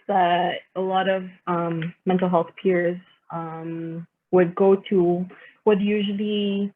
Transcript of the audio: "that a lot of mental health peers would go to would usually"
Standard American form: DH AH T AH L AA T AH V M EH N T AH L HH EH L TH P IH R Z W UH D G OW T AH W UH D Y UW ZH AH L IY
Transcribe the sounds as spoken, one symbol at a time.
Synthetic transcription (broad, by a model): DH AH T AH L AA T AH V M EH N T L HH EH L TH P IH R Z W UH D G OW T AH W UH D Y UW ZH L IY